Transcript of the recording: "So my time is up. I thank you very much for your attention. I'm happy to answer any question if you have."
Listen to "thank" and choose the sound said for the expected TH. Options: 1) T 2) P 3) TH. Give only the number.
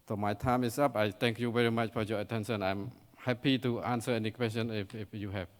1